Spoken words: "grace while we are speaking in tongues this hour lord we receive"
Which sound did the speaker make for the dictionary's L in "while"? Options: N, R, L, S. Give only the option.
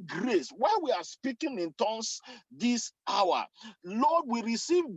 N